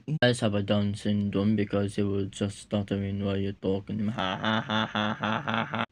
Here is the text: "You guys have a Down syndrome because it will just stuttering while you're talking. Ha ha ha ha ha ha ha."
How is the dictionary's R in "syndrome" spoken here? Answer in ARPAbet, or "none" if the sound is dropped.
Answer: none